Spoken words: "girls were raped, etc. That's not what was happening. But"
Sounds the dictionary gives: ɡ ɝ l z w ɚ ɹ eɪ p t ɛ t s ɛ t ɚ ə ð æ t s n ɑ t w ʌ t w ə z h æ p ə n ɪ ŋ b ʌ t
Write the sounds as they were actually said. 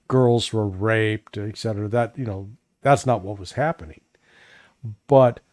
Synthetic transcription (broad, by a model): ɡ ɝ l z w ɚ ɹ eɪ p t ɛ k s ɛ t ɚ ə ð æ t s n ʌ t w ʌ t w ə z h æ p ə n ɪ ŋ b ʌ t